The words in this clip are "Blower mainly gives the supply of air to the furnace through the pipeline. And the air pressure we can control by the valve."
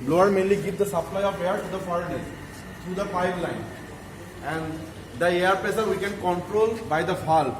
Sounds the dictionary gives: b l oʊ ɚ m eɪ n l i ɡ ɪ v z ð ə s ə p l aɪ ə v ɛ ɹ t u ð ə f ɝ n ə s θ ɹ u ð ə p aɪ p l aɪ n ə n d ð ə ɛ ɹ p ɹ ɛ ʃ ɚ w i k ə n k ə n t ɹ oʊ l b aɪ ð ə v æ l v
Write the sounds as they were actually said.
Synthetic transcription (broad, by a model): b l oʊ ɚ m eɪ n l i ɡ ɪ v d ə s ə p l aɪ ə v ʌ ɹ t u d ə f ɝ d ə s t ɹ u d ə f aɪ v l aɪ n ə n d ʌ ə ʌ ɹ p ɛ s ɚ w i k ə n k ə n t ɹ oʊ l b aɪ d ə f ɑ l